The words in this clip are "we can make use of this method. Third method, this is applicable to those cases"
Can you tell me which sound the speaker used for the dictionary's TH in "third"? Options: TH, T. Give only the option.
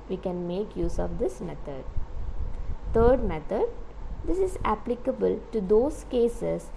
T